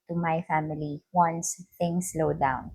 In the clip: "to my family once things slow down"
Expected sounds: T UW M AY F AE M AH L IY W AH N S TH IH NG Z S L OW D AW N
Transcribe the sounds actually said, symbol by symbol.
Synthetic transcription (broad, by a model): T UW M AY F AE M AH L IY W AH N S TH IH NG S L OW D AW N